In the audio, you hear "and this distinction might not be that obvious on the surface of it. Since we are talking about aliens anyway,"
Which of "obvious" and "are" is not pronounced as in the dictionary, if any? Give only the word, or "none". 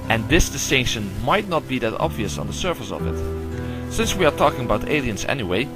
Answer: none